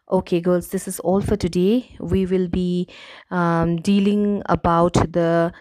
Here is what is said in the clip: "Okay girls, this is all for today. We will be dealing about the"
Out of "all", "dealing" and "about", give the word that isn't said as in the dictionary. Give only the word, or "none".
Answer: none